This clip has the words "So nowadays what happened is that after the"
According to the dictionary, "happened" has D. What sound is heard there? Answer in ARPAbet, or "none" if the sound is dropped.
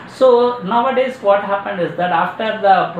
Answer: D